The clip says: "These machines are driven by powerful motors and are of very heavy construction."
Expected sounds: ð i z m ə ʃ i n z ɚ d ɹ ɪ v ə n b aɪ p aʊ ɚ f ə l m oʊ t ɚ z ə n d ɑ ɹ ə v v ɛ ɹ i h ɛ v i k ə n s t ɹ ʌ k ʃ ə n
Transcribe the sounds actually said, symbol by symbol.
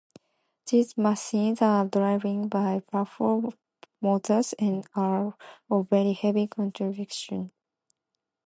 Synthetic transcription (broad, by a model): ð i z m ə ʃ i n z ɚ d ɹ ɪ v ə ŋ b aɪ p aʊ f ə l m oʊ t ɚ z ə n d ɑ ɹ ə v v ɛ ɹ i h ɛ v i k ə n t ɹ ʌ k ʃ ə n